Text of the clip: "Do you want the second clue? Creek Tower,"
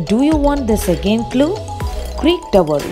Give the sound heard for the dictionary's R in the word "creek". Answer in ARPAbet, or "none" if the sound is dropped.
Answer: R